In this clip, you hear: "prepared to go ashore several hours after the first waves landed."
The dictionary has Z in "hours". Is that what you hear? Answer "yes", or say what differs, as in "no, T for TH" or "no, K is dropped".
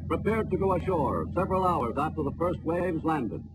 yes